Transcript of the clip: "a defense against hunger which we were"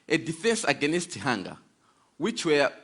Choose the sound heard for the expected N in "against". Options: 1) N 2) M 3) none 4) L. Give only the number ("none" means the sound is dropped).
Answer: 1